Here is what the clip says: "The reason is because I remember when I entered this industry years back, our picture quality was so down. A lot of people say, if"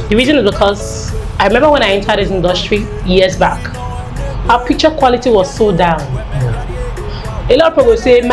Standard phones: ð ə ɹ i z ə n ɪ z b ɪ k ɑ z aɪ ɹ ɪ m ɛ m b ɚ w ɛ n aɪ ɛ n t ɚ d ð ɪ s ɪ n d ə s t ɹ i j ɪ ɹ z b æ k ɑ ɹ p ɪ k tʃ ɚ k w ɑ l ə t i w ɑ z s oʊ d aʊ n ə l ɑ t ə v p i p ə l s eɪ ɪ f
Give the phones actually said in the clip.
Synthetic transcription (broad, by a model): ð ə ɹ i z ə n ɪ z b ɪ k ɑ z aɪ ɹ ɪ m ɛ m b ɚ w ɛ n aɪ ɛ n t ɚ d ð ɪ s ɪ n d ə s t ɹ i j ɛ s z b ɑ k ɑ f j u tʃ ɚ k w ɑ l ə t i w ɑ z s oʊ d aʊ n ə l ɑ t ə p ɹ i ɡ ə s eɪ